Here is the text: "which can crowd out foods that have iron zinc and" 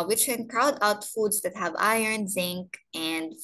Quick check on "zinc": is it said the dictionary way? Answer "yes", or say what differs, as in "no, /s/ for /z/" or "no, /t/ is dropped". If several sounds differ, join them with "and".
yes